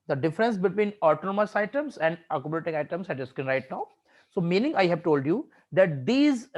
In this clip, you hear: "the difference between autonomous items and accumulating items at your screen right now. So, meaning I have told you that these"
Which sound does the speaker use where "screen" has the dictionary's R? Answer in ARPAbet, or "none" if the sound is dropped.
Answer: none